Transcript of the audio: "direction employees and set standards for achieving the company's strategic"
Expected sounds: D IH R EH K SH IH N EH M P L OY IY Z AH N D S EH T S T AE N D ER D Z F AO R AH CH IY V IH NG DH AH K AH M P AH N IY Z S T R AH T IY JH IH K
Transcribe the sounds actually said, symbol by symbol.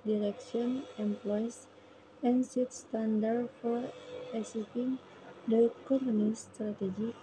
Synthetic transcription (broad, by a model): D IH R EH K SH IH N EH M P L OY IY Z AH N S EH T S T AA N D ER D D F AO R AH S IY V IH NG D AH K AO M AH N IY S T R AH T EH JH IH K